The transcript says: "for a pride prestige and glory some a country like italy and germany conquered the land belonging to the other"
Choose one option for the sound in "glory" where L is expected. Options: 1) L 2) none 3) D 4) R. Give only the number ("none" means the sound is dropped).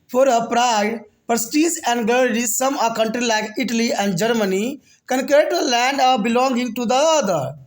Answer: 2